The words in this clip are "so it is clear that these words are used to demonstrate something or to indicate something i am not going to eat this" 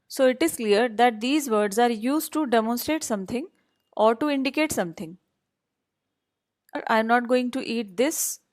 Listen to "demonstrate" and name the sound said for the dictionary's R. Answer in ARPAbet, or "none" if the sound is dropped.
R